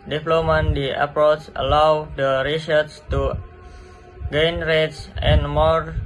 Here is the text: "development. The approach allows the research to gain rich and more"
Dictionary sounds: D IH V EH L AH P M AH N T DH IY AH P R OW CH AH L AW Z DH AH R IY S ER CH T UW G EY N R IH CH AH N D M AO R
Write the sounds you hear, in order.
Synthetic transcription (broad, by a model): D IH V L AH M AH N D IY AH P R OW CH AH L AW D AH R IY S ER S T UW G EY N R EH S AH N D M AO R